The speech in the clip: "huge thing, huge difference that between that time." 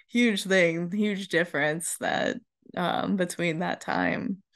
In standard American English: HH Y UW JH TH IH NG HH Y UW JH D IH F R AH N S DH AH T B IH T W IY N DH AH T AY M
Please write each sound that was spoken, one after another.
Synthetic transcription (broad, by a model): HH Y UW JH TH IH NG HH Y UW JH D IH F R AH N S DH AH T B IH T W IY N DH AH T AY M